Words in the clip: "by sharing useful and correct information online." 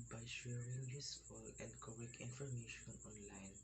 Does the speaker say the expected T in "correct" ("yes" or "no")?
no